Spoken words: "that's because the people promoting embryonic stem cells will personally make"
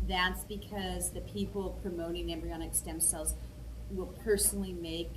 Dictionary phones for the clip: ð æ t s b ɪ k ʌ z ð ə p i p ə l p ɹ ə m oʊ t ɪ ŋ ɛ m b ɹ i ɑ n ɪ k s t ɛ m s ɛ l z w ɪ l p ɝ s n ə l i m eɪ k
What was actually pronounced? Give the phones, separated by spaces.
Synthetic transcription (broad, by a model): ð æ t s b ɪ k ʌ z ð ə p i p l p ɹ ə m oʊ t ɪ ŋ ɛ m b ɹ i ɑ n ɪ k s t ɛ m s ɛ l z w ɪ l p ɝ s n l i m eɪ k